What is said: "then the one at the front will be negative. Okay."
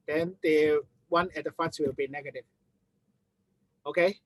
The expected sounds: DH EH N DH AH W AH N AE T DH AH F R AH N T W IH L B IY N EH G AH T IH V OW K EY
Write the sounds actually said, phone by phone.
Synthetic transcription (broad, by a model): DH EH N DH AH W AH N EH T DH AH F AH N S W IH L B IY N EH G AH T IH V OW K EY